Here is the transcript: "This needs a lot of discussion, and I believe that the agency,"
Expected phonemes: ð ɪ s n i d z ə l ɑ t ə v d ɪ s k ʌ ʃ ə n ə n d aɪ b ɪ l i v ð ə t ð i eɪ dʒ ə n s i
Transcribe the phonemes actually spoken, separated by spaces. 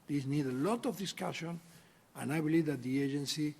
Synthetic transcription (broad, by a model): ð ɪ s n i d ə l ɑ t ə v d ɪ s k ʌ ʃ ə n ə n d aɪ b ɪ l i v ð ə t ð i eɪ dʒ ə n s i